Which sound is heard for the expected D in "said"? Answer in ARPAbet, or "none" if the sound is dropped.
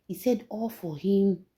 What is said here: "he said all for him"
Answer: D